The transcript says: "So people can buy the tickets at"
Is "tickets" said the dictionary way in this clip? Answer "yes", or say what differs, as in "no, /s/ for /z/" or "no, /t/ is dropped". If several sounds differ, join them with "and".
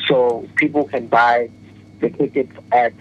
no, /s/ is dropped